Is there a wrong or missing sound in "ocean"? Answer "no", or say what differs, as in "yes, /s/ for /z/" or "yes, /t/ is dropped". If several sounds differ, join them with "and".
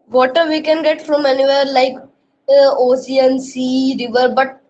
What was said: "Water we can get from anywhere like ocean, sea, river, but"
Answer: yes, /s/ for /ʃ/